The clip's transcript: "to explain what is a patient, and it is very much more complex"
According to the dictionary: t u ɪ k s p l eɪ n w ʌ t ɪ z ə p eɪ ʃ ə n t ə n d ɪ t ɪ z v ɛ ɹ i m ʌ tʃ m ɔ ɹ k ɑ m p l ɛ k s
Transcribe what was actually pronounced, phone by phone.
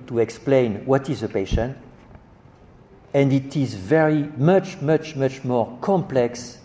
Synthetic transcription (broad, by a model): t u ɪ k s p l eɪ n w ʌ t ɪ z ə p eɪ ʃ ə n t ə n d ɪ t ɪ z v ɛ ɹ i m ʌ tʃ m ɔ ɹ k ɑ m p l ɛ k s